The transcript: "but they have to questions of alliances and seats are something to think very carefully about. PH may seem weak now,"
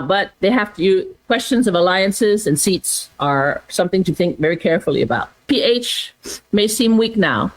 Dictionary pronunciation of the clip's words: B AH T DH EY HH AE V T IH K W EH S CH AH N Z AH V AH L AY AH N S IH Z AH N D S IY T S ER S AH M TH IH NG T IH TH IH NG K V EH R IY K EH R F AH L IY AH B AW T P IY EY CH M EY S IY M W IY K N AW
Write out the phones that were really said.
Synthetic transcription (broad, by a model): B AH T DH EY HH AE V T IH K W EH S CH AH N Z AH V AH L AY AH N S IH Z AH N S IY T S ER S AH M TH IH NG T IH TH IH NG K V EH R IY K EH R F L IY AH B AW T P IY EY CH M EY S IY M W IY K N AW